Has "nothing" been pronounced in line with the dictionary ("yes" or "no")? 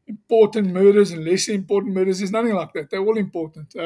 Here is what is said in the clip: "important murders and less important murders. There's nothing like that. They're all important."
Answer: yes